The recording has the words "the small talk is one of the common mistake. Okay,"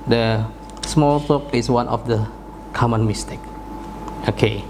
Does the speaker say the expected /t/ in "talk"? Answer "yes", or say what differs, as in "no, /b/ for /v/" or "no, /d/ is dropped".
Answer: no, /s/ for /t/